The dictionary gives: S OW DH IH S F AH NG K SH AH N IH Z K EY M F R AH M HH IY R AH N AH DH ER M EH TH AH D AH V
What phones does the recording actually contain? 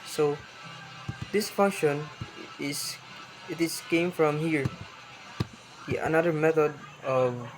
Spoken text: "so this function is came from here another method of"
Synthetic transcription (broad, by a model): S OW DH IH S F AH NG K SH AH N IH S K EY M F R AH M HH IY R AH N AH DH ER M EH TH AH D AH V